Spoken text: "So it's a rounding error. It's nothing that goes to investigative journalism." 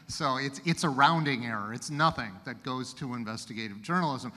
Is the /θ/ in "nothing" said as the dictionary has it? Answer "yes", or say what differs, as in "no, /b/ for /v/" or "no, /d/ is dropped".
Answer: yes